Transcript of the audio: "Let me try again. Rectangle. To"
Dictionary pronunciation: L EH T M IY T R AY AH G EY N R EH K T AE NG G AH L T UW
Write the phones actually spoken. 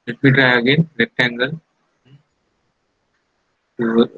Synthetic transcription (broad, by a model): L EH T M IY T R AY AH G EY N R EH T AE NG G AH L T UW